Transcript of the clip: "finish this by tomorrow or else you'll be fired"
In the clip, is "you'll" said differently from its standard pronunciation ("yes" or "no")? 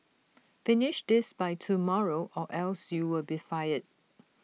yes